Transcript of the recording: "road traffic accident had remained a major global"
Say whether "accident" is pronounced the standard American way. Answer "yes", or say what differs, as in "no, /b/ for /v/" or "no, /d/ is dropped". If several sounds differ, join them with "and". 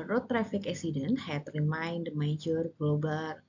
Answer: no, /k/ is dropped